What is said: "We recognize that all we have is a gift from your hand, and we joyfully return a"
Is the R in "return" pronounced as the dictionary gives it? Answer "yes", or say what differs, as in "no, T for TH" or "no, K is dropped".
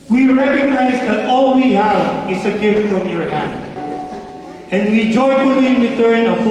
no, W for R